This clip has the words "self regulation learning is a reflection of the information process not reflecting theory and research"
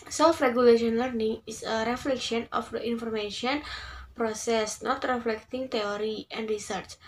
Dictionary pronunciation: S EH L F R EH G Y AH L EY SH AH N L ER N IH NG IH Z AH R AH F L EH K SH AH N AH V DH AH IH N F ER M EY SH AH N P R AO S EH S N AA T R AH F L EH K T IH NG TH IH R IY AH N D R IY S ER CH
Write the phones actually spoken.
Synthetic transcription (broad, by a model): S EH L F R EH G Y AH L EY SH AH N L ER N IH NG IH S AH R AH F L EH K SH AH N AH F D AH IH N F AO M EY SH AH N P R AO S EH S N AA T R AH F L EH K T IH NG T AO R IY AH N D R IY S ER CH